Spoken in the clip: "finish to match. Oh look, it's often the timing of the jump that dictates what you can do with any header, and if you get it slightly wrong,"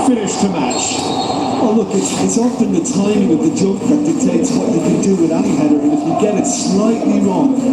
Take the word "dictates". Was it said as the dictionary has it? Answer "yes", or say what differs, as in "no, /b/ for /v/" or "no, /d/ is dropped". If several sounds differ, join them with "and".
no, /k/ is dropped